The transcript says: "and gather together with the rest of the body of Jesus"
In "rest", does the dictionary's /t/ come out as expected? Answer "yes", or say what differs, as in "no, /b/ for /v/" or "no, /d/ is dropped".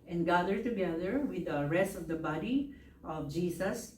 yes